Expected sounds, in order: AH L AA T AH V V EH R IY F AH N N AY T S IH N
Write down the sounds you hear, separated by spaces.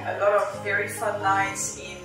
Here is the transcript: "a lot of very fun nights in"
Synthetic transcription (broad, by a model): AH L AA T AH V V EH R IY F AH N L AY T S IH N